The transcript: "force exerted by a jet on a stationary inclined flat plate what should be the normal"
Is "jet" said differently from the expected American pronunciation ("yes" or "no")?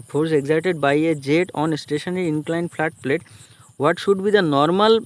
no